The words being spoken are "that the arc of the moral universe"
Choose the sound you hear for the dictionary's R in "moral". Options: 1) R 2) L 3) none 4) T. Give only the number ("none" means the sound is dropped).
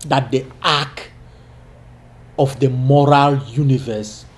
1